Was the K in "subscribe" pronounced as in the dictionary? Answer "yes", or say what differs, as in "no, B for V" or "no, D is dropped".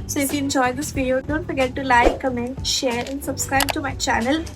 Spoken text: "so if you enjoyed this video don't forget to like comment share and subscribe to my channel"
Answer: yes